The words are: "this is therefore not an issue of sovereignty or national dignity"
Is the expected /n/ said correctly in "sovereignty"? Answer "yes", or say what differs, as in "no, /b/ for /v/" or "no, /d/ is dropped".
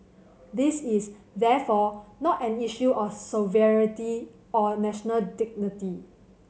no, /n/ is dropped